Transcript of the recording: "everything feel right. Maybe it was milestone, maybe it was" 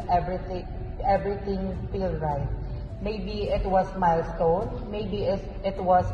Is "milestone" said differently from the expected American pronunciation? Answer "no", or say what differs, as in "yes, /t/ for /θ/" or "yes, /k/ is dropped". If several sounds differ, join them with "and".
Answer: no